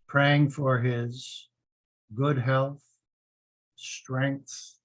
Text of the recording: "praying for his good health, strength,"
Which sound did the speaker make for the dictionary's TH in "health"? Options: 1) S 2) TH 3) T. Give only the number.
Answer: 2